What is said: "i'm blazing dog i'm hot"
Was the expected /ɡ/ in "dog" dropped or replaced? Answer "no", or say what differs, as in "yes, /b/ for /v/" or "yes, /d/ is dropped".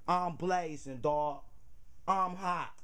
yes, /ɡ/ is dropped